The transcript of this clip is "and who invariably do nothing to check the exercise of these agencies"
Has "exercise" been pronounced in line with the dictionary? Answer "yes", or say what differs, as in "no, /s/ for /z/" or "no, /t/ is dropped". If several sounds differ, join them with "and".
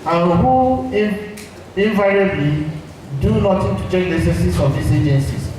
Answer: no, /s/ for /z/